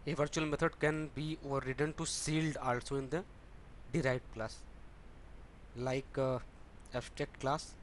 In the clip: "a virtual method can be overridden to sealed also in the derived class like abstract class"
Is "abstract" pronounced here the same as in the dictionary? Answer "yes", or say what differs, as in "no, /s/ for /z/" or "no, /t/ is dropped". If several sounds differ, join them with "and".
no, /ɹ/ is dropped